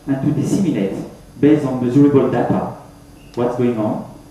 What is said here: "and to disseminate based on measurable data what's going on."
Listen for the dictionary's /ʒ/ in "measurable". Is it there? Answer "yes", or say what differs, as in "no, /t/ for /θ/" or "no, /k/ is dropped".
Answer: no, /z/ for /ʒ/